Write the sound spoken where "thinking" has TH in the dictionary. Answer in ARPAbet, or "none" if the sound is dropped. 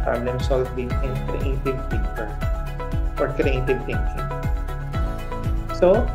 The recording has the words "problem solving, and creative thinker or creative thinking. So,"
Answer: T